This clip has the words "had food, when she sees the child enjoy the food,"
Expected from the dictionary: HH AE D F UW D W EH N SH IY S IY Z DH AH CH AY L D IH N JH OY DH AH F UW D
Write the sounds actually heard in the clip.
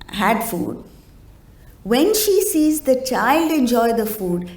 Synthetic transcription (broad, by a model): HH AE D F UW D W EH N SH IY S IY Z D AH CH AY L D IH N JH OY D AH F UW D